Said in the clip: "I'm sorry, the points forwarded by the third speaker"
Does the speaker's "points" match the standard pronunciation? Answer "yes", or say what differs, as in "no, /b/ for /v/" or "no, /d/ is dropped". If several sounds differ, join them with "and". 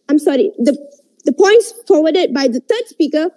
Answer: yes